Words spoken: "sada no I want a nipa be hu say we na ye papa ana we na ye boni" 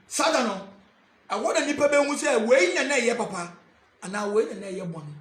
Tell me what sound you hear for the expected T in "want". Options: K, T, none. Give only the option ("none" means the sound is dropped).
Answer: none